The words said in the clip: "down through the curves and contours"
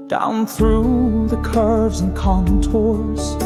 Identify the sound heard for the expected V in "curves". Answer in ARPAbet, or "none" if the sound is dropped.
V